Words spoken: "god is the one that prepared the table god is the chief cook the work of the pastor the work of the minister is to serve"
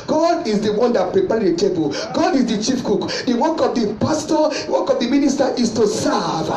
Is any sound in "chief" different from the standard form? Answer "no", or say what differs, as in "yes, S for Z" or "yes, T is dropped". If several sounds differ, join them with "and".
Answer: no